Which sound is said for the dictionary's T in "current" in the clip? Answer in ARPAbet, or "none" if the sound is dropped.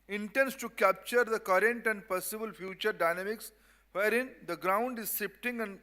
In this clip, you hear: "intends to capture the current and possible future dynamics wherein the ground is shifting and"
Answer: T